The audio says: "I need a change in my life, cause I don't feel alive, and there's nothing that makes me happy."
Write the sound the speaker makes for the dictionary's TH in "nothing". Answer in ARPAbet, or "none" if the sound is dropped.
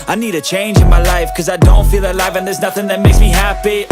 TH